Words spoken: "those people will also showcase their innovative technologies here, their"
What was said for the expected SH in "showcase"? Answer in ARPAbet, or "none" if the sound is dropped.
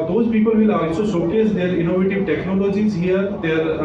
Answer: S